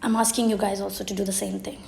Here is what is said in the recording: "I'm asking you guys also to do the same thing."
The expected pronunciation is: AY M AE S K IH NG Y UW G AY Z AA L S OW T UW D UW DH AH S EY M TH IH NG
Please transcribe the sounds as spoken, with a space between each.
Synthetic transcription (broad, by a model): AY M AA S K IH NG Y UW G AY Z AA L S OW T UW D UW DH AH S EY M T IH NG